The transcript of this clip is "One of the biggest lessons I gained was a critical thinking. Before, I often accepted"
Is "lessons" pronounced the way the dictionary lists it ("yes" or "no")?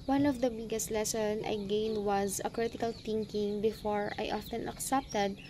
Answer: no